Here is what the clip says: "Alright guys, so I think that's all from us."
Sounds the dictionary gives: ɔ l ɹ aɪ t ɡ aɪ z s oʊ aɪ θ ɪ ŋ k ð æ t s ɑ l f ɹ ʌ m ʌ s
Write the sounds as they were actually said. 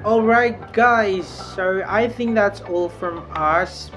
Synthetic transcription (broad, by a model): ɔ l ɹ aɪ t ɡ aɪ z s oʊ aɪ θ ɪ ŋ k ð æ t s ɑ l f ɹ ʌ m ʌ s